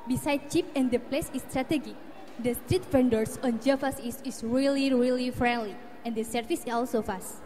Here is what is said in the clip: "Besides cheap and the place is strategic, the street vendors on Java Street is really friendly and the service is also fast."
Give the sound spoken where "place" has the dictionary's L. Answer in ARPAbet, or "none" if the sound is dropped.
L